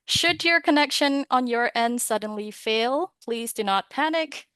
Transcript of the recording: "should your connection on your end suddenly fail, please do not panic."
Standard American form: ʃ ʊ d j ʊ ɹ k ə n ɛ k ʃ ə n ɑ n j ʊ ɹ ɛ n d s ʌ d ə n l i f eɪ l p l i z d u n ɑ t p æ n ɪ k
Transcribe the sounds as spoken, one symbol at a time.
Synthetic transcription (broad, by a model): ʃ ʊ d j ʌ ɹ k ə n ɛ k ʃ ə n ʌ n j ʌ ɹ ɛ n d s ʌ d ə n l i f eɪ l p l i z d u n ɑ t p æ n ɪ k